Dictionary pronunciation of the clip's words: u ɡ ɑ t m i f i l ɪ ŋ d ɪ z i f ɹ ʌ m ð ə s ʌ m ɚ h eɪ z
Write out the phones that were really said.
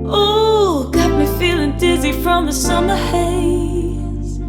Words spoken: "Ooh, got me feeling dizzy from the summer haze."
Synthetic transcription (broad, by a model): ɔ ɡ ɑ t m i f i l ɪ ŋ d ɪ z i f ɹ ʌ m ð ə s ʌ m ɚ h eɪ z